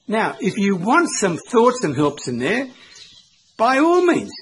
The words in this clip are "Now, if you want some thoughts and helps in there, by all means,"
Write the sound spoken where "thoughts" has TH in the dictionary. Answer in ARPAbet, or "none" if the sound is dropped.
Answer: TH